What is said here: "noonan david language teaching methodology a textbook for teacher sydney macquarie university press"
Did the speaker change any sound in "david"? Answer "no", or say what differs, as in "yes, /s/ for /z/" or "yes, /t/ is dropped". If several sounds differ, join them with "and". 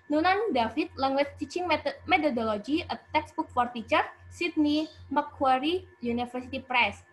yes, /f/ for /v/